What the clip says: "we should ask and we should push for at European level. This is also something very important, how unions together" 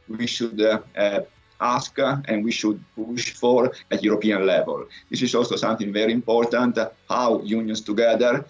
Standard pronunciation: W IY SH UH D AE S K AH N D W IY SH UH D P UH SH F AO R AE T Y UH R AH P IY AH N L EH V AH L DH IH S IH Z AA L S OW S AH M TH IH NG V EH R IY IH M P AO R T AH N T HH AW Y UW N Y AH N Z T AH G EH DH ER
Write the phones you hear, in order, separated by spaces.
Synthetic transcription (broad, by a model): W IY SH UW D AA S K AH N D W IY SH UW D P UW SH F AO R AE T Y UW R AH P IY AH N L EH V AH L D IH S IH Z AA L S OW S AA M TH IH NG V EH R IY IH M P AO R T AH N T HH AW Y UW N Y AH N S T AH G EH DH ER